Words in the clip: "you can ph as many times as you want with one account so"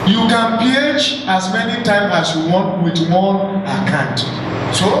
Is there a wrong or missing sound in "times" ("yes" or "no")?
yes